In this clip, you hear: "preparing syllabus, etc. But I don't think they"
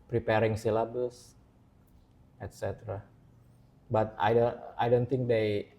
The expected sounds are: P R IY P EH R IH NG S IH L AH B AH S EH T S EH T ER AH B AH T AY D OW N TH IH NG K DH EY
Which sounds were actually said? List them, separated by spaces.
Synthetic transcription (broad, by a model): P R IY P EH R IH NG S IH L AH B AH S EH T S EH T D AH B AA T AY D OW N T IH NG K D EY